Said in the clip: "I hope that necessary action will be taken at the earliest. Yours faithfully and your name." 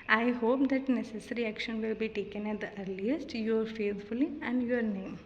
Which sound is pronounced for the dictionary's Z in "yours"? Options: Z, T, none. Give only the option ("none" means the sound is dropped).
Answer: none